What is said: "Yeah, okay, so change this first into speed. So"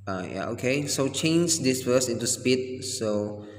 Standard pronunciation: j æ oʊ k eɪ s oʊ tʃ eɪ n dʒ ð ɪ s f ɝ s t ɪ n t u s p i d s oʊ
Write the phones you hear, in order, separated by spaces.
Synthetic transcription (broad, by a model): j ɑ oʊ k eɪ s oʊ tʃ eɪ n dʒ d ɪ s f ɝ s ɪ n t u s p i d s oʊ